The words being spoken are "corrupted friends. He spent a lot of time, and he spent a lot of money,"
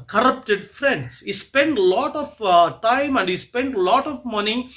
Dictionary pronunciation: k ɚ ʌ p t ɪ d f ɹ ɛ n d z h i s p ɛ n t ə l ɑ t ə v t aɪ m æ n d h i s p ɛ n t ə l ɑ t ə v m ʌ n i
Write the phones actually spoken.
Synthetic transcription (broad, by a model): k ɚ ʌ p t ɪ d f ɹ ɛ n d s h i s p ɛ n t l ɑ t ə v t aɪ m æ n d h i s p ɛ n t l ɑ t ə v m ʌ n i